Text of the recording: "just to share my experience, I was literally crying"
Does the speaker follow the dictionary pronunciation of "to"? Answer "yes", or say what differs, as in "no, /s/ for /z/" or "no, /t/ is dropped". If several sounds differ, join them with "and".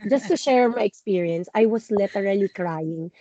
yes